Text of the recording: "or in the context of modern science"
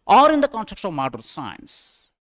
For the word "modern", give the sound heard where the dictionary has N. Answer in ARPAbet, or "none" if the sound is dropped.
L